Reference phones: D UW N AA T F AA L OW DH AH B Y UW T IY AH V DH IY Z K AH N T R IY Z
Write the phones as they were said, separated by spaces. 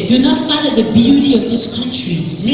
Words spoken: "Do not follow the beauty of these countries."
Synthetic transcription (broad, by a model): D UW N AA T F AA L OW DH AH B Y UW T IY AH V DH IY S K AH N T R IY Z